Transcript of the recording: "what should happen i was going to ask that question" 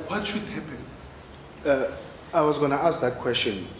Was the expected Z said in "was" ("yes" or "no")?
yes